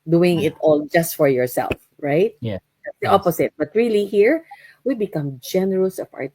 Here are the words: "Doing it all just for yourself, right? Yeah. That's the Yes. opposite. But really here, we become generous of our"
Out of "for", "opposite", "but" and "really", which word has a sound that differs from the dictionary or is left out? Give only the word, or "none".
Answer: opposite